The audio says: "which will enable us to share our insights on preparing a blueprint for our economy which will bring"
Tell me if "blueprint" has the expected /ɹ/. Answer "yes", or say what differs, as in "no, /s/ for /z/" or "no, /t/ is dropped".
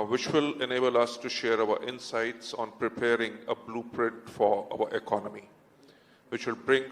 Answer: yes